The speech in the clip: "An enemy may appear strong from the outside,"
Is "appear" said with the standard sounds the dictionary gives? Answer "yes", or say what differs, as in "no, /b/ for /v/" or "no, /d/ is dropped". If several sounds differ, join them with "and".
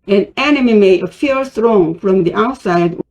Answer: no, /f/ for /p/